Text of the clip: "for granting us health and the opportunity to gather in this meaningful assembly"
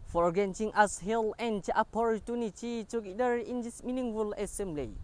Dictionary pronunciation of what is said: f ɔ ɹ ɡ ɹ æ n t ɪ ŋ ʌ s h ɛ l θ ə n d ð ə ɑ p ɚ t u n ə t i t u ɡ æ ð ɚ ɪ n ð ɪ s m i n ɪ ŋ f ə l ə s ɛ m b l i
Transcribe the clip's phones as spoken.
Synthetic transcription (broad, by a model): f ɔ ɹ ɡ ɛ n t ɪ ŋ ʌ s h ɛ l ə n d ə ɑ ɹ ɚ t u n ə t i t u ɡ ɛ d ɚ ɪ n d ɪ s m i n ɪ ŋ f ə l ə s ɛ m b l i